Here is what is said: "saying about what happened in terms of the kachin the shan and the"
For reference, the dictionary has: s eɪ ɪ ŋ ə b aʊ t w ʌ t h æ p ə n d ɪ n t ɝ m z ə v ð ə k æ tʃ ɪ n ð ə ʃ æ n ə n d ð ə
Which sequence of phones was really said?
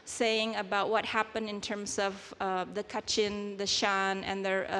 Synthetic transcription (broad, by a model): s eɪ ɪ ŋ ə b aʊ t w ʌ t h æ p ə n d ɪ n t ɝ m z ə v ð ə k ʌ tʃ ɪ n ð ə ʃ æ n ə n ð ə